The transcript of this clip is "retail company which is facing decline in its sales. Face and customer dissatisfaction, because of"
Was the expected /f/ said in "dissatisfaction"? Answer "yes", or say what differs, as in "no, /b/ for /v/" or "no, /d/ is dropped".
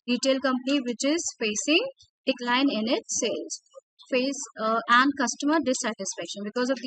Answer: yes